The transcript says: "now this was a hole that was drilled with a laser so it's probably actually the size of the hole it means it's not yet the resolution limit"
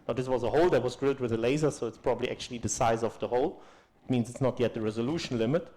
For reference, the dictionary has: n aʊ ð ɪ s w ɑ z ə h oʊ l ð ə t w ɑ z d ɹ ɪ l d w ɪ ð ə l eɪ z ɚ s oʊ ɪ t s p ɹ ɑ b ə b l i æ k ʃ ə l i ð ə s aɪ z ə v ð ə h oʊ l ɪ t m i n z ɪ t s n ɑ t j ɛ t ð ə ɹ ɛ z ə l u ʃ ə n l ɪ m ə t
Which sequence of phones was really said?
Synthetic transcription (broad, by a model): n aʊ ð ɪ s w ɑ z ə h oʊ l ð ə t w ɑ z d ɹ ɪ l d w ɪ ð ə l eɪ z ɚ s oʊ ɪ t s p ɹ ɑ b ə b l i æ k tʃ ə l i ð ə s aɪ z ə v ð ə h oʊ l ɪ t m i n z ɪ t s n ɑ t j ɛ t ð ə ɹ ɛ z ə l u ʃ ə n l ɪ m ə t